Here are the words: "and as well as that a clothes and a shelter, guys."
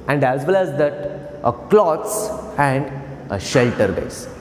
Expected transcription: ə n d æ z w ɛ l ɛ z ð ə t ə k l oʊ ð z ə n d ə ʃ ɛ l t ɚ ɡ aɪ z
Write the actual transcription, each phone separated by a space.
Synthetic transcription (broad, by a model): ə n d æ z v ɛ l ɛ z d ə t ə k l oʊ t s ə n d ə ʃ ɛ l t ɚ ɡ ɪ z